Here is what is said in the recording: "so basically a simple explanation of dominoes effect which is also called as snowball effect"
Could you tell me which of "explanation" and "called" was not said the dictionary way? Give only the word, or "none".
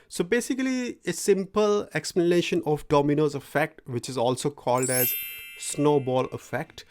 none